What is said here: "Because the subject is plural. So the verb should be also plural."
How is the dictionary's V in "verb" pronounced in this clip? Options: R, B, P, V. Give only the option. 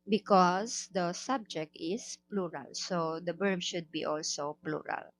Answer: B